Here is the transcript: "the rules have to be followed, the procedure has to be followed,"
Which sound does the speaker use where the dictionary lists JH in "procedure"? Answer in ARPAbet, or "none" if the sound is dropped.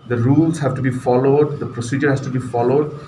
JH